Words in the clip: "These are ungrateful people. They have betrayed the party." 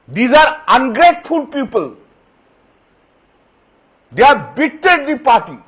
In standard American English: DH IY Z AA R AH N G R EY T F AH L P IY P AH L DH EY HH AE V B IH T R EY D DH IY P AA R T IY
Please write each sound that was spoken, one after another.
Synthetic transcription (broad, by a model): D IY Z AA R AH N G R EY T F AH L P IY P AH L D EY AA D B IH T EY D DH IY P AA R T IY